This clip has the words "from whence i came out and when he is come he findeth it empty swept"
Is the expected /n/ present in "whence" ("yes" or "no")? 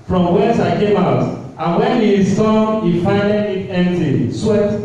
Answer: no